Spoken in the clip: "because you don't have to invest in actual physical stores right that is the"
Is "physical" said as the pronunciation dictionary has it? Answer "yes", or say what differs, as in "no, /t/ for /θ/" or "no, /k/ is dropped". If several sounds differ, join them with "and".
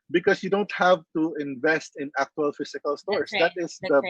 no, /s/ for /z/